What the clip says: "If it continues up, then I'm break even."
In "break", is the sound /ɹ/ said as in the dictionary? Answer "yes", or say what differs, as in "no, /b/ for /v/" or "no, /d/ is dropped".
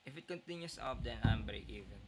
no, /ɹ/ is dropped